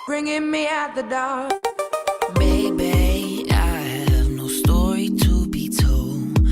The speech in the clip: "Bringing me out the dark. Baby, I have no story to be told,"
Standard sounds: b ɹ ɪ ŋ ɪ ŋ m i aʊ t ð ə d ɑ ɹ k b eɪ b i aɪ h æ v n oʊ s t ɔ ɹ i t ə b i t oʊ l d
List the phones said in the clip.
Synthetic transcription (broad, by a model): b ɹ ɪ ŋ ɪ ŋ m i aʊ t ð ə d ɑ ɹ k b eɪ b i aɪ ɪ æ v n oʊ s t ɔ ɹ i t ə b i t oʊ l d